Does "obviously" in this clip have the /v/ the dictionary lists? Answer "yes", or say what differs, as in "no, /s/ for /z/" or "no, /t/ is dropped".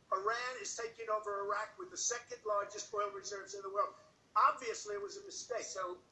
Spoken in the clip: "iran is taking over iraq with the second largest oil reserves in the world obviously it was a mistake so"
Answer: yes